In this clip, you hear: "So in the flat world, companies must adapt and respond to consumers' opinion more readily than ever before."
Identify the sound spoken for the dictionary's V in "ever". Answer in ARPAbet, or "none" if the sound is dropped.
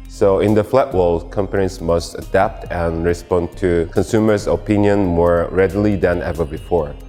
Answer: V